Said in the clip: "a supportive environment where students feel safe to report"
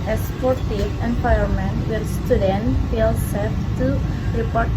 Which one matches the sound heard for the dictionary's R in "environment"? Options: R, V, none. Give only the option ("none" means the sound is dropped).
none